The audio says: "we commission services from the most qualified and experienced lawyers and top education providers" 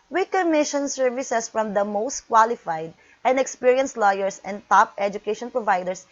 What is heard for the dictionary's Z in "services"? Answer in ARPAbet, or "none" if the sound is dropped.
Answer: S